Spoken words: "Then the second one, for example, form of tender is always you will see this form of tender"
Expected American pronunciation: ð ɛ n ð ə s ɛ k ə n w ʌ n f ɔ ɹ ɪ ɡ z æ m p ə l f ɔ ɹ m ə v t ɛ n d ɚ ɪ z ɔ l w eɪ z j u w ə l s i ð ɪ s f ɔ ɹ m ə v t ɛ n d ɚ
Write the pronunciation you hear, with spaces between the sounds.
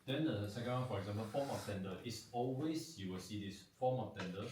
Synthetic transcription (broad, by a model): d ɛ n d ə s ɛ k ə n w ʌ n f ɔ ɹ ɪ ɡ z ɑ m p ə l f ɔ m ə f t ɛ n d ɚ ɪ s ɔ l w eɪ s j u w ə l s i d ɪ s f ɔ m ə f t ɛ n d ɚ